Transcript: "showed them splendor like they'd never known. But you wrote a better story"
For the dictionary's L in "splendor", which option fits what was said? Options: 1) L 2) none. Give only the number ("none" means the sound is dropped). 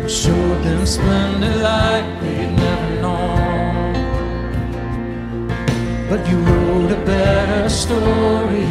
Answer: 2